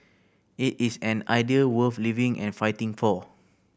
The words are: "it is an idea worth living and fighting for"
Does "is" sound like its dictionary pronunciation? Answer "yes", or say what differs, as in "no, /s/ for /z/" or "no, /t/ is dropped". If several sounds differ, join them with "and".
no, /s/ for /z/